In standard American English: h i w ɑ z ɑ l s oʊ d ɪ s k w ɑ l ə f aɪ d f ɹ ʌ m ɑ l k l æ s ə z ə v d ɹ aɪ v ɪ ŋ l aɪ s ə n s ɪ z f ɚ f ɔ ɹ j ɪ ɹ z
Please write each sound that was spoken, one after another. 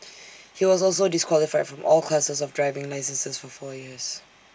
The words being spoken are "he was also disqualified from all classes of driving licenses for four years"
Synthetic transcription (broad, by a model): h i w ɑ z ɑ l s oʊ d ɪ s k w ɑ l ə f aɪ d f ɹ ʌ m ɑ l k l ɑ s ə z ə v d ɹ aɪ v ɪ ŋ l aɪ s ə n s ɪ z f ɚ f ɔ j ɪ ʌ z